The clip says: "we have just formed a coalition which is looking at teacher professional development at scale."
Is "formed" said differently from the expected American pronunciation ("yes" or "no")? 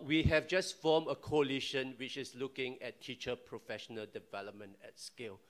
yes